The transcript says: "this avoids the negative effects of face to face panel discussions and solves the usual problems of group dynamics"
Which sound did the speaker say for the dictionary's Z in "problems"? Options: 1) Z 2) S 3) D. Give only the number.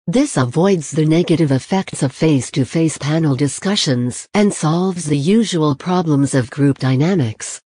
1